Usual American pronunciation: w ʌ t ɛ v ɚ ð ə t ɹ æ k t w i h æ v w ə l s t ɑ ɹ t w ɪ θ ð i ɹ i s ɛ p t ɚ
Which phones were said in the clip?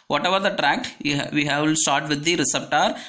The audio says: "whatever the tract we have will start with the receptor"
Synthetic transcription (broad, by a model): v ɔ t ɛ v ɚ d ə t ɹ æ k t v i h æ v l s t ɑ ɹ t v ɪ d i ɹ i s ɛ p t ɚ